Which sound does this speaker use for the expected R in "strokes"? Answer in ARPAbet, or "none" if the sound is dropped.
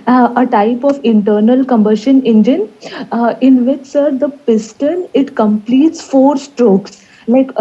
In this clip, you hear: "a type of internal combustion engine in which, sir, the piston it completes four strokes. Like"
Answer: R